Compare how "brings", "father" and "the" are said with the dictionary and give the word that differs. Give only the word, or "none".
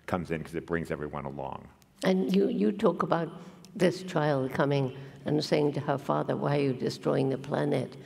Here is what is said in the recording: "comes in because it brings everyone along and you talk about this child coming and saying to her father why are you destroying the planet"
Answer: none